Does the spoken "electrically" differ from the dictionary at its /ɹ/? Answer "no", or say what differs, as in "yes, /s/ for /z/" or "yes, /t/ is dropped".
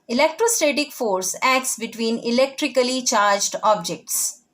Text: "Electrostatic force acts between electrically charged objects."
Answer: no